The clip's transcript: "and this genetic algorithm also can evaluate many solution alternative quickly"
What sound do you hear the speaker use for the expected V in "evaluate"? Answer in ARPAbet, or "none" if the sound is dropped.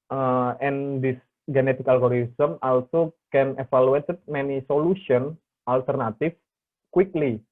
F